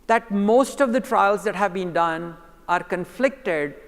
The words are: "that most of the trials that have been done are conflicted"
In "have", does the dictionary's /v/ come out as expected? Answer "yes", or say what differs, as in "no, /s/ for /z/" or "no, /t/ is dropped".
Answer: yes